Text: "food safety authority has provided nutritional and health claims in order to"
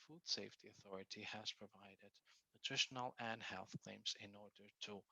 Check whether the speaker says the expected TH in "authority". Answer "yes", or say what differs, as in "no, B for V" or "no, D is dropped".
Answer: yes